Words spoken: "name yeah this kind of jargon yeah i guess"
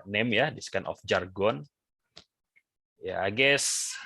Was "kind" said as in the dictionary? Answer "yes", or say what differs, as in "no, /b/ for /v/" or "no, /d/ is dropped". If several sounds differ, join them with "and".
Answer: no, /d/ is dropped